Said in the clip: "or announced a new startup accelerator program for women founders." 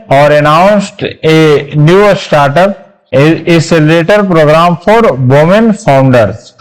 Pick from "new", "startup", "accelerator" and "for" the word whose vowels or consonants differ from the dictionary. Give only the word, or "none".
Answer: accelerator